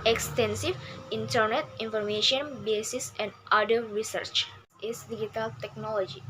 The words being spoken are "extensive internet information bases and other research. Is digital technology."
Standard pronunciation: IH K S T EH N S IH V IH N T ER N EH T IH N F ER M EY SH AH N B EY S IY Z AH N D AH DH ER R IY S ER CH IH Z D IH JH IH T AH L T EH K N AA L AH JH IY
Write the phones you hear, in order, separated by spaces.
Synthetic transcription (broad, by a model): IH K S T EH N S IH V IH N T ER N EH T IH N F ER M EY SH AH N B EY S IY S AH N D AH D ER R IY S ER CH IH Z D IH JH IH T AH L T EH K N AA L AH JH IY